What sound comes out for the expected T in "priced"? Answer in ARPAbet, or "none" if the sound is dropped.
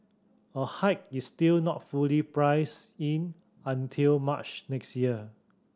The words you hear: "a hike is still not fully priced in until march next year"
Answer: none